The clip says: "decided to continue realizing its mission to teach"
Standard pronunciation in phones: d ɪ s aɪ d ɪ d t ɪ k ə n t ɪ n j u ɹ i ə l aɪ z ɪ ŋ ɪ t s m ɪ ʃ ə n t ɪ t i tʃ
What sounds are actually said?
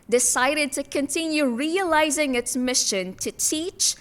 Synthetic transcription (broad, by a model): d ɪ s aɪ d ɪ d t ɪ k ə n t ɪ n j u ɹ i ə l aɪ z ɪ ŋ ɪ t s m ɪ ʃ ə n t ɪ t i tʃ